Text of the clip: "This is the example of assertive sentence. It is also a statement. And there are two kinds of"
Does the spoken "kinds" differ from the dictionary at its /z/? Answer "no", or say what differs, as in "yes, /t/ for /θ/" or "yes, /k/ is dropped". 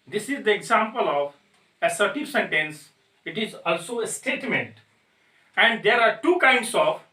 yes, /s/ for /z/